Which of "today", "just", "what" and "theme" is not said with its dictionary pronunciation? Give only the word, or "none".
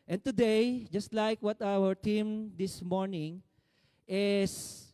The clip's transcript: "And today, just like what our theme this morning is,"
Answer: theme